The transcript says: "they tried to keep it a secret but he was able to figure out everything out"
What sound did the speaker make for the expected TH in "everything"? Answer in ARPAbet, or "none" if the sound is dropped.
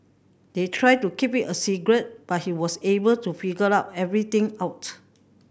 T